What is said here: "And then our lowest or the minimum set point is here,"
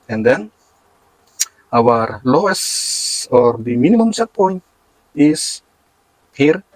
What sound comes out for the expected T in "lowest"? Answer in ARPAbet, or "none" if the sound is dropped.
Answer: none